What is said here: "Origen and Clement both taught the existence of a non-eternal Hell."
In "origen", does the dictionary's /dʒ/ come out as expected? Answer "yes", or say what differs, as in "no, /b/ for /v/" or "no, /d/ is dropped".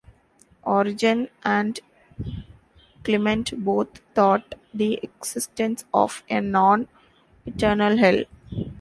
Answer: yes